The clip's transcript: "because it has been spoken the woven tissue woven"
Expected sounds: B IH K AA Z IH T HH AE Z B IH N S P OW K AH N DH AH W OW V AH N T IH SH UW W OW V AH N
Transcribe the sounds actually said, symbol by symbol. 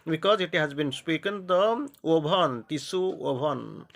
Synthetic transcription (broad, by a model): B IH K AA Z IH T HH AE Z B IH N S P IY K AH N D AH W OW B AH N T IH S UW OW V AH N